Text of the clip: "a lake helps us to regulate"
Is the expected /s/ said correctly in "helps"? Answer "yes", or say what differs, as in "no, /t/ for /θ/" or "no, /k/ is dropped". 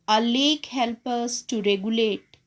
no, /s/ is dropped